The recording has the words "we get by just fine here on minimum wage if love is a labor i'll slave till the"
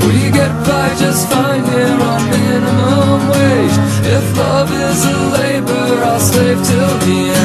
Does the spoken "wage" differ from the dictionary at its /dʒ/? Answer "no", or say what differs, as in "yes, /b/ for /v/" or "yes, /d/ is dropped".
yes, /dʒ/ is dropped